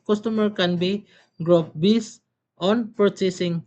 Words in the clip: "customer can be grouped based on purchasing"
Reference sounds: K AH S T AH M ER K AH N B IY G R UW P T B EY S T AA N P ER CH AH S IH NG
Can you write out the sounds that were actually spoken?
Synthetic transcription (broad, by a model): K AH S T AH M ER K AH N B IY G R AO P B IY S AA N P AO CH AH S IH NG